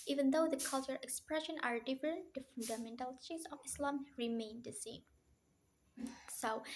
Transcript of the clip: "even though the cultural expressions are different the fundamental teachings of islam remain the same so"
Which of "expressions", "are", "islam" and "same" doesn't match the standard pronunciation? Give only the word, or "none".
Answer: expressions